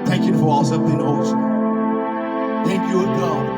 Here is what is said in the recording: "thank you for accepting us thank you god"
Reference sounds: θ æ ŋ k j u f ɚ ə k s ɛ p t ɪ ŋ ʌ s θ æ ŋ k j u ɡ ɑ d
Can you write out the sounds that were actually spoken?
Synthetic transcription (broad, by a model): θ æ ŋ k j u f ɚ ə s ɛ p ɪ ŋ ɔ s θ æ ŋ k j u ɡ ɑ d